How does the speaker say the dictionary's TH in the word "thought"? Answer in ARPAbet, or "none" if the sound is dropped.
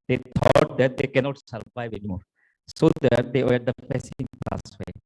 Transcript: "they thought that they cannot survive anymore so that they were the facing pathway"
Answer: T